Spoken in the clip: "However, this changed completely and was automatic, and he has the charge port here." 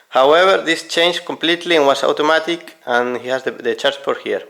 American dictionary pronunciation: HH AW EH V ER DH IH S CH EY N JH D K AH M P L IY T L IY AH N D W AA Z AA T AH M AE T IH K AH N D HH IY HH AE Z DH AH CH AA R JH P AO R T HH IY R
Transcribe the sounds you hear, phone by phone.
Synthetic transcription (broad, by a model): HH AW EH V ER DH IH S CH EY N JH K AH M P L IY T L IY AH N W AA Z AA T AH M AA T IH K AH N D HH IY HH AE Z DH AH CH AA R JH F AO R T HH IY R